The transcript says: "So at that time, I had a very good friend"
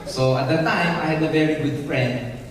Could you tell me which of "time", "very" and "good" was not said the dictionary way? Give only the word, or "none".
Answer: none